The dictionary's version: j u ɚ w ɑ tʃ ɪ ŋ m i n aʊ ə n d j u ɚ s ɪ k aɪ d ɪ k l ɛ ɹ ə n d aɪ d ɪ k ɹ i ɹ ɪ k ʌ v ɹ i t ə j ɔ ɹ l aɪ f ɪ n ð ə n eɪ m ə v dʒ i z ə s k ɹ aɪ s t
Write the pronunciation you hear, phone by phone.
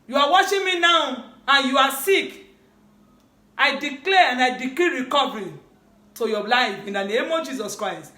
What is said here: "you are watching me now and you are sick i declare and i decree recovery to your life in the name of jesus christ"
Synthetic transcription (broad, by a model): j u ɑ w ɑ ʃ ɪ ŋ m i n aʊ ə n j u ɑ s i k aɪ d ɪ k l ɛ ə n d aɪ d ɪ k l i ɹ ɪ k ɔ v ɹ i t ə j ɔ l aɪ f ɪ n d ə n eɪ m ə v dʒ i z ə s k ɹ aɪ s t